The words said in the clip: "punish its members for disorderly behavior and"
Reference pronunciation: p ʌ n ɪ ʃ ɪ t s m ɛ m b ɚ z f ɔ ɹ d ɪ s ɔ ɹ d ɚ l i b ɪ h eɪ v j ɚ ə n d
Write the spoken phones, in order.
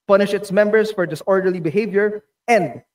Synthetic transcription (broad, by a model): p ʌ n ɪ ʃ ɪ t s m ɛ m b ɚ s f ɔ ɹ d ɪ s ɔ ɹ d ɚ l i b ɪ h eɪ v j ɚ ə n d